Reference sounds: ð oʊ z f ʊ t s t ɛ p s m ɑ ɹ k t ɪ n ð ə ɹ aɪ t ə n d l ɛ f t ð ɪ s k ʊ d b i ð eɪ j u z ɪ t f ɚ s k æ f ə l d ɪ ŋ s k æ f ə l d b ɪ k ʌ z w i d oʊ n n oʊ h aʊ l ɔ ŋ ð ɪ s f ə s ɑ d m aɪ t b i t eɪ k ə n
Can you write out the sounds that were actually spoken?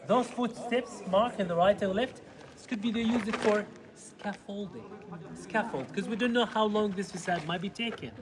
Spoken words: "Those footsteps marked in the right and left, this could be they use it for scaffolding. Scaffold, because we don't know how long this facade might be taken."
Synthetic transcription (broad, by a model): ð oʊ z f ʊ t s t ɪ p s m ɑ ɹ k ɪ n ð ə ɹ aɪ t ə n l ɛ f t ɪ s k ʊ d b i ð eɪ j u z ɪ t f ɚ s k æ f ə l d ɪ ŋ s k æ f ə l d k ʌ z w i d oʊ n n oʊ h aʊ l ɔ ŋ ð ɪ s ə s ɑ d m aɪ t b i t eɪ k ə n